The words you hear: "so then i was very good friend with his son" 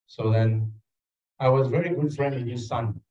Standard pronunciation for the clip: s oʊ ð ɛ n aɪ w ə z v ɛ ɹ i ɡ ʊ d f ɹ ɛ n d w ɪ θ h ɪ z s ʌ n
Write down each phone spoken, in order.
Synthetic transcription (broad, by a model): s oʊ ð ɛ n aɪ w ə z v ɛ ɹ i ɡ ʊ d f ɹ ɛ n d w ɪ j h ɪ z s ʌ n